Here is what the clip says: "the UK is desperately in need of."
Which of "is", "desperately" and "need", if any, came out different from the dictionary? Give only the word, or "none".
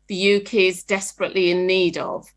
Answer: none